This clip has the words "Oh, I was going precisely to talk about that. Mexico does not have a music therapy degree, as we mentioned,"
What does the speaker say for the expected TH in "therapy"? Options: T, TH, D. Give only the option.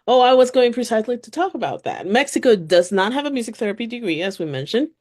TH